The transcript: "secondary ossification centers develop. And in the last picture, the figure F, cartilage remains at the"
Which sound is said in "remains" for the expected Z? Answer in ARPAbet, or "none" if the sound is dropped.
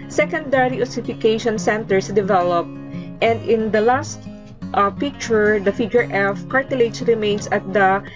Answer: S